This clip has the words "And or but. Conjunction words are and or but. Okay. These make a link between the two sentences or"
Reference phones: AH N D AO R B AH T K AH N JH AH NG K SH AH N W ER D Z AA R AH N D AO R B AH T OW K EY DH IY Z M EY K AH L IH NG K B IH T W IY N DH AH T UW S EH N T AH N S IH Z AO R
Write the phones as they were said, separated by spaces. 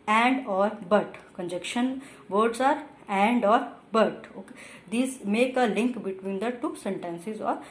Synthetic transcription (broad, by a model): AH N D AO R B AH T K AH N JH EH K SH AH N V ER D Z AA R AH N D AO R B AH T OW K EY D IY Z M EY K AH L IH NG K B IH T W IY N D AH T UW S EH N T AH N S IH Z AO R